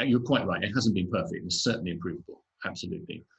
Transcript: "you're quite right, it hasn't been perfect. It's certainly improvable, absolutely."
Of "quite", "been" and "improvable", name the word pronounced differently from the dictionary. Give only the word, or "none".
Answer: none